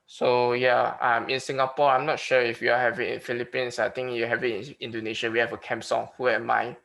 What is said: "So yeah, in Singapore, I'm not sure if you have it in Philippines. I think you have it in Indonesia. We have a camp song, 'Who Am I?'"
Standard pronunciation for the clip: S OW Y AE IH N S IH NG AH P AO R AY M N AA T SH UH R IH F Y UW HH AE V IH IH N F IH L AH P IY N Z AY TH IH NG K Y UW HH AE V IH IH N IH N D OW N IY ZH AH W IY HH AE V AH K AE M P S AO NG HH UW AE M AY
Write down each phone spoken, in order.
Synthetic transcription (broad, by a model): S OW Y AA IH N S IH NG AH P AO AY M N AA T SH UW IH F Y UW HH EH V IH IH N F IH L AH P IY N S AY T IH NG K Y UW HH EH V IH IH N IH N D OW N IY SH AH W IY HH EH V AH K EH M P S AO NG HH UW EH M AY